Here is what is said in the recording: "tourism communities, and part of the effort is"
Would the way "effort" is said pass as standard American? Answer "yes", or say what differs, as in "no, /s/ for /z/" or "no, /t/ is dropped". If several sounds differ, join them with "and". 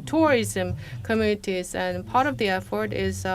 yes